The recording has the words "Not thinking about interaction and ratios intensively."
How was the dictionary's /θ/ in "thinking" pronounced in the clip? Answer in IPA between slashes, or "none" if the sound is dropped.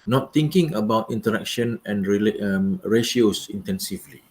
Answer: /t/